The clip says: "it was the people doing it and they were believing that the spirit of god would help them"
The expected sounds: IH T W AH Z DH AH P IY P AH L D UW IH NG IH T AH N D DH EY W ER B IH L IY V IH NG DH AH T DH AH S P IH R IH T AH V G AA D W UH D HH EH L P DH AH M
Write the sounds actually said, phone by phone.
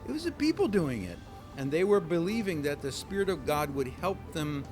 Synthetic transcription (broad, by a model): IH T W AH Z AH P IY P L D UW IH NG IH T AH N DH EY W ER B IH L IY V IH NG DH AH T DH AH S P IH R IH T AH V G AA D W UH D HH EH L P DH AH M